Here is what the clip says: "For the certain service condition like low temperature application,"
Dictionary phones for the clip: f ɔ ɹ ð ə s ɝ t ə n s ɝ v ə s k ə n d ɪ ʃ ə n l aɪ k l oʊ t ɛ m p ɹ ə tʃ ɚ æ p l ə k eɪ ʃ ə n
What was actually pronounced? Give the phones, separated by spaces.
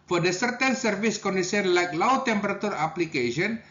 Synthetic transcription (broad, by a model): f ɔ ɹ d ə s ɝ t ə n s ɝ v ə s k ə n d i s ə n l aɪ k l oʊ t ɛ m p ɹ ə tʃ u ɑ p l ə k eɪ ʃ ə n